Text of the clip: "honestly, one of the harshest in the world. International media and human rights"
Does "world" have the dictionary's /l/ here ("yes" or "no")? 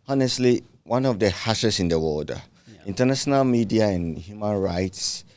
no